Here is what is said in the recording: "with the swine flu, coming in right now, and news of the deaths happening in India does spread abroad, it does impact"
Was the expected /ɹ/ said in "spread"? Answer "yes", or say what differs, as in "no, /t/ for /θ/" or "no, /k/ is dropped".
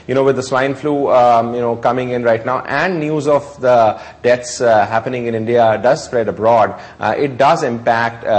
yes